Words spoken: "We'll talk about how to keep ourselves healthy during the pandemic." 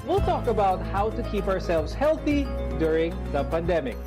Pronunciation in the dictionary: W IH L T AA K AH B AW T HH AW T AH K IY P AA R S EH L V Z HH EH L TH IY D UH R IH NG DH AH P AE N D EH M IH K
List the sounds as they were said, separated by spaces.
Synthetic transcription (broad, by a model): W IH L T AA K AH B AW T HH AW T AH K IY P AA R S EH L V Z HH EH L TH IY D UH R IH NG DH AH P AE N D EH M IH K